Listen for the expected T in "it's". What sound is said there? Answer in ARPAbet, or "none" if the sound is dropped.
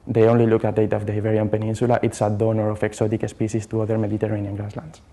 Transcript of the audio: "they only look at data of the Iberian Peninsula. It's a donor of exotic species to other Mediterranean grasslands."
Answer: T